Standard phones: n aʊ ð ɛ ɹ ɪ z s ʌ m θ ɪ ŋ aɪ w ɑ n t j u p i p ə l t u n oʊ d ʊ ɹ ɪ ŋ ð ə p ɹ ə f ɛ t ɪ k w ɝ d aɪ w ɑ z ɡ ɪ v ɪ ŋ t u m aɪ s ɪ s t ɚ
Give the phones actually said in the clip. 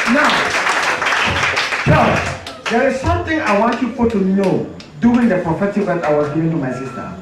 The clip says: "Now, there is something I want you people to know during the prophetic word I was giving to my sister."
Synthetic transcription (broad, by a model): n aʊ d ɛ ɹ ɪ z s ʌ m t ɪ ŋ aɪ w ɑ n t j u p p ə t u n oʊ d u ɪ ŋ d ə p ɹ ə f ɛ t ɪ k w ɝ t aɪ w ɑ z ɡ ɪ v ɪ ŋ t u m aɪ s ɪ s t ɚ